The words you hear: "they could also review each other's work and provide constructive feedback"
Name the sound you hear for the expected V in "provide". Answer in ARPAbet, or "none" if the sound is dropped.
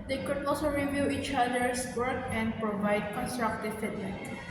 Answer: V